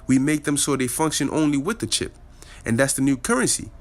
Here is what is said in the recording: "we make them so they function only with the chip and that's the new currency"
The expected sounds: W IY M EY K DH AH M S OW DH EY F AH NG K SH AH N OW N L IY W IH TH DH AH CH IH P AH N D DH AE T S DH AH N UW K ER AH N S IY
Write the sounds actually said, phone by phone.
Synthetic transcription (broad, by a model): W IY M EY K DH AH M S OW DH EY F AH NG K SH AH N OW N L IY W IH DH AH CH IH P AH N DH AE T S DH AH N UW K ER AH N S IY